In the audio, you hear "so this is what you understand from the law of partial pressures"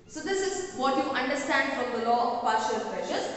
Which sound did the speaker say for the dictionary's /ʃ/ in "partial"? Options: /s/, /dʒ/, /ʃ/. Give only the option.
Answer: /ʃ/